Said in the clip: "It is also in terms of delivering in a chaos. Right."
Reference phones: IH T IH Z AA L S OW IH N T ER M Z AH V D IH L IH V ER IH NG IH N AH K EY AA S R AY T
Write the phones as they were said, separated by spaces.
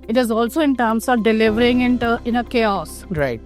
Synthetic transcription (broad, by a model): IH T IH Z AA L S OW IH N T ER M S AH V D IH L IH V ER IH NG IH N AH K EY AA S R AY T